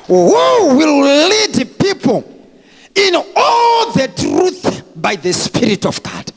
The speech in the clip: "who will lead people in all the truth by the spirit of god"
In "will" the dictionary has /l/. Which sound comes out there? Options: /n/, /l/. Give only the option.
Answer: /l/